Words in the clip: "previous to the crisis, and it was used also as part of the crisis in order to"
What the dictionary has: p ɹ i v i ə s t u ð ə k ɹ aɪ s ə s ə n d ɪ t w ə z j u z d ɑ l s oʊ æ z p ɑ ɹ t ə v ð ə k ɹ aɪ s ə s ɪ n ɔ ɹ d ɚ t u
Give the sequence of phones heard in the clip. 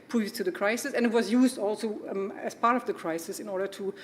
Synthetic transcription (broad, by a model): p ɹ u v t u ð ə k ɹ aɪ s ə s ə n ɪ t w ə z j u z d ɑ l s oʊ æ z p ɑ ɹ t ə v ð ə k ɹ aɪ s ə s ɪ n ɔ ɹ d ɚ t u